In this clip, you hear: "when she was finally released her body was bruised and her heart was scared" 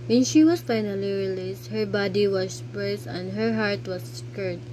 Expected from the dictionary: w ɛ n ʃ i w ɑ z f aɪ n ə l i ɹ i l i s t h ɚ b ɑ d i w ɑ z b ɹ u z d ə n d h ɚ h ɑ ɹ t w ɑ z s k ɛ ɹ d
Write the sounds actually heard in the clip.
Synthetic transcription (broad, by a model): w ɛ n ʃ i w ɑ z f aɪ n ə l i ɹ i l i s t h ɚ b ɑ d i w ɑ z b ɛ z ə n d h ɚ h ɑ ɹ t w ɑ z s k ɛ ɹ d